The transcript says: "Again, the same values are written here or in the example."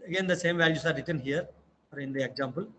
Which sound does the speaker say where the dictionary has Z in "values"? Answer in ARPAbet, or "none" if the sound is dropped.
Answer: S